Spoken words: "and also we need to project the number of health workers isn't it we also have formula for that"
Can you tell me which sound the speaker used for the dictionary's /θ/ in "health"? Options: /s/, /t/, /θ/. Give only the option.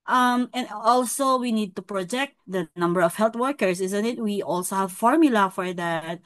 /t/